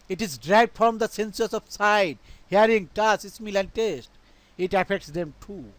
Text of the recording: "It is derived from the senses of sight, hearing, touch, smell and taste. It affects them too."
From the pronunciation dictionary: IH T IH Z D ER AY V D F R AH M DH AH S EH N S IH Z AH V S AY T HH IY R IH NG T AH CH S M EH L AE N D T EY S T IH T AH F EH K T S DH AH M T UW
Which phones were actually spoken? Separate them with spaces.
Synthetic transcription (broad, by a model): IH T IH Z D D AY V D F R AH M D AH S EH N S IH S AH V S AY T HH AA R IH NG T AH S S M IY L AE N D T EY S T IH T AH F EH K T S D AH M T UW